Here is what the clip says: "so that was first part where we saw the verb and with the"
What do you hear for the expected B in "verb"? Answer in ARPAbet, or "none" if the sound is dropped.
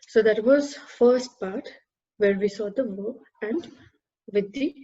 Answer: none